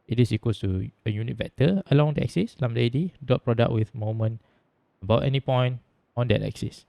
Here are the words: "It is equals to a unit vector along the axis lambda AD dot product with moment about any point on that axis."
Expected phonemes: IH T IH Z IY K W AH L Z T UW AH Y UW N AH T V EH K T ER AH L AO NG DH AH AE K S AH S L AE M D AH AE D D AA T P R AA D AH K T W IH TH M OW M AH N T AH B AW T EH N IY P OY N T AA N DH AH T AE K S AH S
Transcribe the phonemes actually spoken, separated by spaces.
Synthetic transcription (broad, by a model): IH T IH S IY K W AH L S T UW AH Y UW N AH T B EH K T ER AH L AO NG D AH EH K S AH S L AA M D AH D D AA T P R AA D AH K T W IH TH M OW M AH N AH B AW T EH N IY P OY N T AA N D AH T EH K S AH S